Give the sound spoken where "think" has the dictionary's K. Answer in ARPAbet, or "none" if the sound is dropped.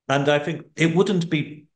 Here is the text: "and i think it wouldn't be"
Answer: K